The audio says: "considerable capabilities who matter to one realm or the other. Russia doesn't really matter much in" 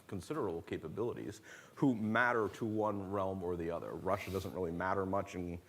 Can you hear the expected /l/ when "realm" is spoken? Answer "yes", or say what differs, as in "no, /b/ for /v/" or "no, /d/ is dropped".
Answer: yes